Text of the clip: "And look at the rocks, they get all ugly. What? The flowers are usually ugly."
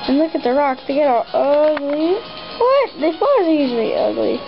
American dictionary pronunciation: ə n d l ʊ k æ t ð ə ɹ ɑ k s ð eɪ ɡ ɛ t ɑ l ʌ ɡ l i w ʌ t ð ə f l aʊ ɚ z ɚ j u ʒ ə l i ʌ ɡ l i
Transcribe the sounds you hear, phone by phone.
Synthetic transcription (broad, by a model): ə n l ʊ k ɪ t ð ə ɹ ɑ k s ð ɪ ɡ ɛ t ɑ l ʌ ɡ l i w ʌ t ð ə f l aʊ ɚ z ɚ j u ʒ l i ʌ ɡ l i